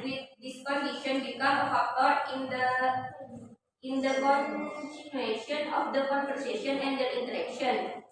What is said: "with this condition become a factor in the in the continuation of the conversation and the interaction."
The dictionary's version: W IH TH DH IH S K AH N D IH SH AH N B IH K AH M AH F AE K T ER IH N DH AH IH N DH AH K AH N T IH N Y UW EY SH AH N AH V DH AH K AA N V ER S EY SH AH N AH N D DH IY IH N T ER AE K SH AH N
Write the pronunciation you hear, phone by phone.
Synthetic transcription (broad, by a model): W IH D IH S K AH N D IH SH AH N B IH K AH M AH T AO T IH N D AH IH N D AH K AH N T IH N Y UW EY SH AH N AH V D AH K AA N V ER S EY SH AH N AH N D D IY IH N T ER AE K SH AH N